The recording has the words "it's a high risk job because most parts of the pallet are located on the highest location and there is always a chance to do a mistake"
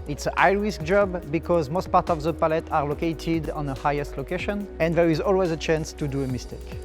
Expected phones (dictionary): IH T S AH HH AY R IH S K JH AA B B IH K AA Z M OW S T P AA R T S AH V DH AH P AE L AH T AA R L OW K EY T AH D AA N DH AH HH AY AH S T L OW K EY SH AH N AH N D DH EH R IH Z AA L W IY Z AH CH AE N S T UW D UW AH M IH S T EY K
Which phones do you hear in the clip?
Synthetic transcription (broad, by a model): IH T S AH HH AY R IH S K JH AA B B IH K AA Z M OW S T P AA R T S AH V DH AH P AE L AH T AA R L OW K EY T AH D AA N DH AH HH AY AH S T L OW K EY SH AH N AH N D DH EH R IH Z AA L W IY Z AH CH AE N S T UW D UW AH M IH S T EY K